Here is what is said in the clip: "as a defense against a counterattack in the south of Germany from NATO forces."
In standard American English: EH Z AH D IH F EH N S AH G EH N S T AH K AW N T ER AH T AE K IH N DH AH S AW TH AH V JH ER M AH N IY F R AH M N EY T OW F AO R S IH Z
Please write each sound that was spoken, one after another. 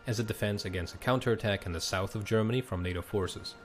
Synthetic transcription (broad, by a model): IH Z AH D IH F EH N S AH G EH N S T AH K AW N T ER AH T AE K IH N DH AH S AW TH AH V JH ER M AH N IY F R AH M N EY T OW F AO R S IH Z